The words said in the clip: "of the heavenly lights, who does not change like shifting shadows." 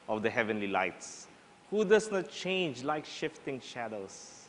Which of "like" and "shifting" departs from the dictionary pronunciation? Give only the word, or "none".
none